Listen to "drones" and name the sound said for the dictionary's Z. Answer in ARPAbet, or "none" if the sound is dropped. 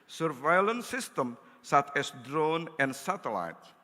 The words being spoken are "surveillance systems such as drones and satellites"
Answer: none